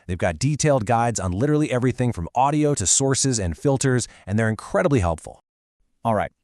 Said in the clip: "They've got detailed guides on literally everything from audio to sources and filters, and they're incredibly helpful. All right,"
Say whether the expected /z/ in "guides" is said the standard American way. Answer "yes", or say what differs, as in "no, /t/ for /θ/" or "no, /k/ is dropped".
yes